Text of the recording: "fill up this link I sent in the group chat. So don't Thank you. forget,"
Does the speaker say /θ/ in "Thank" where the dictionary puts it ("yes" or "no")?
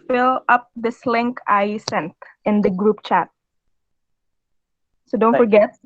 no